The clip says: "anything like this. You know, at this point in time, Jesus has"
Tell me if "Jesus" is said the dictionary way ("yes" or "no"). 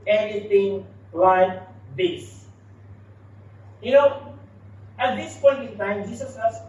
no